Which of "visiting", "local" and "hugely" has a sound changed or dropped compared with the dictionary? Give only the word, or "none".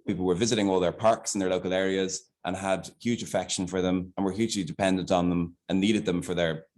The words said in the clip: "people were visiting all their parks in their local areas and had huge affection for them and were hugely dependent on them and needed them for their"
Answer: none